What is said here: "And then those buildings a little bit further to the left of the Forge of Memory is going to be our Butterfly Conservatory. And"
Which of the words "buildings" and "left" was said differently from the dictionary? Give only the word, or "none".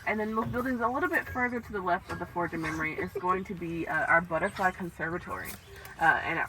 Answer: none